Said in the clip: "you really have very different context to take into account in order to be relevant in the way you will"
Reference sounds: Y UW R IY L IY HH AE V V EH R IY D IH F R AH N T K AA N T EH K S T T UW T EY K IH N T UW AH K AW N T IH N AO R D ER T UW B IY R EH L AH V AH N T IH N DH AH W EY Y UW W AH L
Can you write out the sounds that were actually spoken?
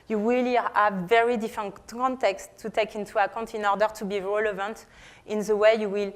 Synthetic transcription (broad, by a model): Y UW W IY L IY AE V V EH R IY D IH F R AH N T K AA N T EH K S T T UW T EY K IH N T UW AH K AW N T IH N AO R D ER T UW B IY R EH L AH V AH N T IH N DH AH W EY Y UW W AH L